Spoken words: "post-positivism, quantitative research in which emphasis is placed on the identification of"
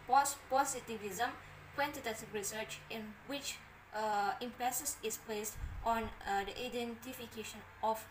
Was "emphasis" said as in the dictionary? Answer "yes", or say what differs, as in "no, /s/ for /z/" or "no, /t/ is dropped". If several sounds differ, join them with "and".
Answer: no, /p/ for /f/